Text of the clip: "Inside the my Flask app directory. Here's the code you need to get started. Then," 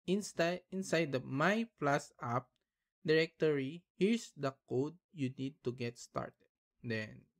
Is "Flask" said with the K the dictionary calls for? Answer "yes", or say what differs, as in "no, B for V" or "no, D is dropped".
no, K is dropped